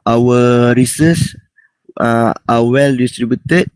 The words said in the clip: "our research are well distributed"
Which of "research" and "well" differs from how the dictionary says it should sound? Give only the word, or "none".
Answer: research